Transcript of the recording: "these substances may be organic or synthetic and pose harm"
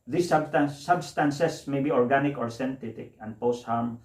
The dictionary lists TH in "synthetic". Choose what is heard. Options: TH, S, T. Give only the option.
T